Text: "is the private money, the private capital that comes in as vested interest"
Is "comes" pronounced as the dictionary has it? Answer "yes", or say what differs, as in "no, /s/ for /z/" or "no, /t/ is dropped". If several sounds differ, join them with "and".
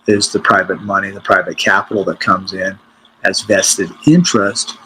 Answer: yes